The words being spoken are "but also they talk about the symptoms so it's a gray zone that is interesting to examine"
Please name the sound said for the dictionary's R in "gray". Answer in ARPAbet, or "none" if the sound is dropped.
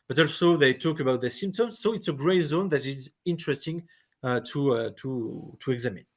R